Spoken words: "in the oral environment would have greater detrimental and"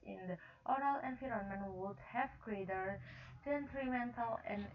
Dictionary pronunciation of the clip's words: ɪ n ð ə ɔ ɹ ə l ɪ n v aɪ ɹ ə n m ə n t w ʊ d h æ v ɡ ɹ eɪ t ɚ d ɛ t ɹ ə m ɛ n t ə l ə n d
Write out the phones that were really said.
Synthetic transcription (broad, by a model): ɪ n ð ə ɔ ɹ ə l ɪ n f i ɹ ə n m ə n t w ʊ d h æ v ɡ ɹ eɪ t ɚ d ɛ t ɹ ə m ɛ n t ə l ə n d